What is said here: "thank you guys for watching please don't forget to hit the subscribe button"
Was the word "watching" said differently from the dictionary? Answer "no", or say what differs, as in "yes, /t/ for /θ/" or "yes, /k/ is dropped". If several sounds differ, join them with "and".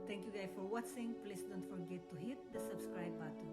yes, /s/ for /tʃ/